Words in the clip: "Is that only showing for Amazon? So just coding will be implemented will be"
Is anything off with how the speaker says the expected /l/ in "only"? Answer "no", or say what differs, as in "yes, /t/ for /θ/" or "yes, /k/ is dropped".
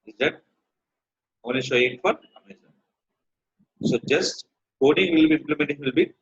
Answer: yes, /l/ is dropped